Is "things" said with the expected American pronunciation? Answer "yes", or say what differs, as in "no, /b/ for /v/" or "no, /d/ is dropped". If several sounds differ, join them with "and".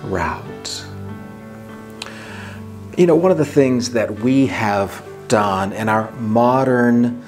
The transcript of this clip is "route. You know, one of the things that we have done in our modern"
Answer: yes